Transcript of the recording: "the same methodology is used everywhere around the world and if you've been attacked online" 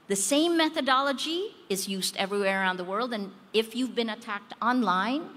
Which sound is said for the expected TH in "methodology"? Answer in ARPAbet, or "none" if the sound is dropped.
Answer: TH